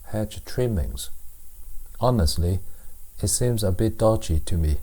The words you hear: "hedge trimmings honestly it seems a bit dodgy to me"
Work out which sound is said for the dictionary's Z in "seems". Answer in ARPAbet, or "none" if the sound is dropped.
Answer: Z